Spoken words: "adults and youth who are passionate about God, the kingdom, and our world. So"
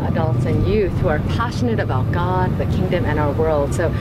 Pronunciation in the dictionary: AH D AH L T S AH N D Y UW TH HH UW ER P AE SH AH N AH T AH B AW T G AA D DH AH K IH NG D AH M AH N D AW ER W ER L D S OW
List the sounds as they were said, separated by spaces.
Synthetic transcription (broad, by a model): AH D AH L T S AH N Y UW TH HH UW ER P AE SH AH N AH T AH B AW T G AA D DH AH K IH NG D AH M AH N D AW ER W ER L D S OW